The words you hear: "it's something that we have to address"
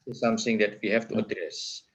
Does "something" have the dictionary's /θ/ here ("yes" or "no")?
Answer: no